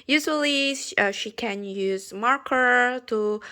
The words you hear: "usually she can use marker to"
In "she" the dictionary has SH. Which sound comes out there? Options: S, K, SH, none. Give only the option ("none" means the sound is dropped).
SH